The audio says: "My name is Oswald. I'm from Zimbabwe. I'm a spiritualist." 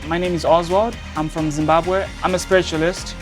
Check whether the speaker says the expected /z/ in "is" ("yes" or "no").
yes